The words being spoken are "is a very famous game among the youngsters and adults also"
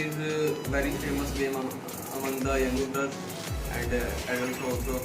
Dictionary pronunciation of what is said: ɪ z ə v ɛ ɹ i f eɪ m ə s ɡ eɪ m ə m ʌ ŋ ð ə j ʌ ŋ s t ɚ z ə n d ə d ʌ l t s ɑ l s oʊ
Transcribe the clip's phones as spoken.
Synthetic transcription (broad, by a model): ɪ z v ɛ ɹ i f eɪ m ə s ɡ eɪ m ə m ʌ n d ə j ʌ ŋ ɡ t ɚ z ə n d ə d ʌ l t ɑ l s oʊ